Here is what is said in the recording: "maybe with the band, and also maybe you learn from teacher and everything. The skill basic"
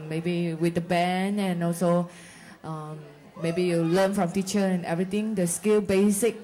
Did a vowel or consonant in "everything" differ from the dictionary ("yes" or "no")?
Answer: yes